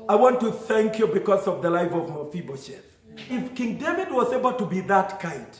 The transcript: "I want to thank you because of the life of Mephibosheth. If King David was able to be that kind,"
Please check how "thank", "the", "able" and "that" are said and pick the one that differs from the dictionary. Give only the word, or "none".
none